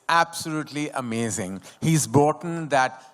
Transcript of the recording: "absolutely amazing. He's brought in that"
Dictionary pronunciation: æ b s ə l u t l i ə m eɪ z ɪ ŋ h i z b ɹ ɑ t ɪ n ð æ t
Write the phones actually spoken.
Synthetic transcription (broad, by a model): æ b s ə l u t l i ə m eɪ z ɪ ŋ h i z b ɑ t n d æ t